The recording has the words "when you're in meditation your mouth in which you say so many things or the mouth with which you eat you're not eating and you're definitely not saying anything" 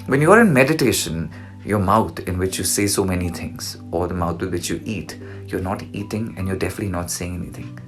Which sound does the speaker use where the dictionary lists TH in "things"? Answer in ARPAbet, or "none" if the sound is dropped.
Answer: T